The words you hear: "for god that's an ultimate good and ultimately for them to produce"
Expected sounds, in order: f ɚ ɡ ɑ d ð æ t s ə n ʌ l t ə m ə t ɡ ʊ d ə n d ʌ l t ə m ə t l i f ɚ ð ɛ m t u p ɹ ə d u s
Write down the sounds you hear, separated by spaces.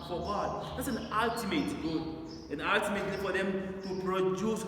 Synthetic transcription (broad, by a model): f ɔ ɡ ɑ d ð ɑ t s ə n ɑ l t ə m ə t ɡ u ə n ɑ l t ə m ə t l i f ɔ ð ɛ m t u p ɹ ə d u s